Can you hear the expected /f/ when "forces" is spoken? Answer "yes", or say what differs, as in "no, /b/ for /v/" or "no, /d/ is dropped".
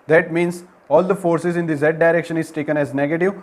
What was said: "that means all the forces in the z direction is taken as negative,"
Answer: yes